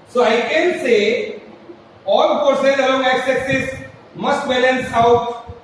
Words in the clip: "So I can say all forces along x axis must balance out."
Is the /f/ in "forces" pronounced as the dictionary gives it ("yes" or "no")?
no